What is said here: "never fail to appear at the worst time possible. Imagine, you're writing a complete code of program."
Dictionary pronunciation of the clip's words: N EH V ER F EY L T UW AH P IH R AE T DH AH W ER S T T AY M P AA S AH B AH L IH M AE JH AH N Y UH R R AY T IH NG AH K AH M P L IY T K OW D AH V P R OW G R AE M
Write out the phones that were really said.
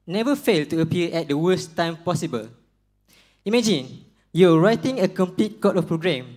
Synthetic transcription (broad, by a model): N EH V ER F EY L T UW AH P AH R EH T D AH W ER S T T AY M P AA S AH B AH L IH M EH JH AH N Y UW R R AY T IH NG AH K AH M P L IY T K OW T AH F P R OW G R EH M